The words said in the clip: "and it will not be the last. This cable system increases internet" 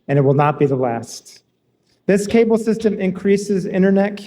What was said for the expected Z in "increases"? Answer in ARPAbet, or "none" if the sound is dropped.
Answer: Z